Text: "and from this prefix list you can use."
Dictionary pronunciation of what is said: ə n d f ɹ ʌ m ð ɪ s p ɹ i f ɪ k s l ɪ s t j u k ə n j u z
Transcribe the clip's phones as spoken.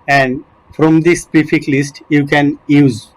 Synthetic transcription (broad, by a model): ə n d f ɹ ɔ m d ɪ s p i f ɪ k l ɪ s t j u k ə n j u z